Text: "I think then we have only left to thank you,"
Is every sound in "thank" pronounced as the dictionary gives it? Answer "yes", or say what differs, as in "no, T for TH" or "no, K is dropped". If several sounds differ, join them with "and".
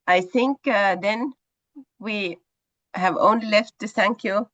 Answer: no, S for TH